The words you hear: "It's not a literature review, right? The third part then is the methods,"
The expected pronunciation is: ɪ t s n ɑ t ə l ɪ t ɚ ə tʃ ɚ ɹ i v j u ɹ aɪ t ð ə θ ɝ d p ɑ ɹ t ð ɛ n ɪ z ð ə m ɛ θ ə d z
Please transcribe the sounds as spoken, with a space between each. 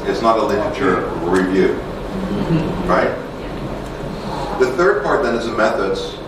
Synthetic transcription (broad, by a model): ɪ t s n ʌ t ə l ɪ t ɚ ə tʃ ɚ ɹ i v j u ɹ aɪ t ð ə θ ɝ d p ɑ ɹ t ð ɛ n ɪ z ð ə m ɛ θ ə d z